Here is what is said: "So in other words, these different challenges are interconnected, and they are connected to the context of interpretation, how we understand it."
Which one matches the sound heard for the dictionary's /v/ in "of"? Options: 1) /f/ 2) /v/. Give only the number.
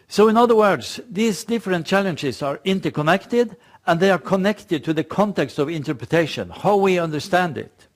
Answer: 2